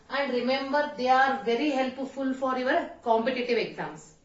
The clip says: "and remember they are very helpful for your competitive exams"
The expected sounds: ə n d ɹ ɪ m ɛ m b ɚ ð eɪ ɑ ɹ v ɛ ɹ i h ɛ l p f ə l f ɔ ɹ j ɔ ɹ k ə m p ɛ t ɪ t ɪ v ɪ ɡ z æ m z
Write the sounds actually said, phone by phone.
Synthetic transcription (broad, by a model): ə n d ɹ ɪ m ɛ m b ɚ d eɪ ɑ ɹ v ɛ ɹ i h ɛ l p f ə l f ɔ ɹ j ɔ ɹ k ə m p ɛ t ɪ t ɪ v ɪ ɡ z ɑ m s